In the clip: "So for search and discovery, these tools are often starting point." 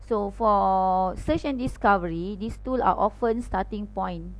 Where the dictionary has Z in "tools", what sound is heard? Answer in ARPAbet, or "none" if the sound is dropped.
none